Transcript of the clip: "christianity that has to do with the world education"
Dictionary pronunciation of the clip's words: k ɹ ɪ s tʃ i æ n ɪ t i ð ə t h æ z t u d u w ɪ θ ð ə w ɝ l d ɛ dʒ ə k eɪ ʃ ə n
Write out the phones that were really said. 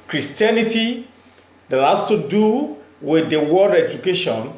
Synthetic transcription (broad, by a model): k ɹ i s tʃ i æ n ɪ t i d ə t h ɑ s t u d u w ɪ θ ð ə w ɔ d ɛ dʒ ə k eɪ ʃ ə n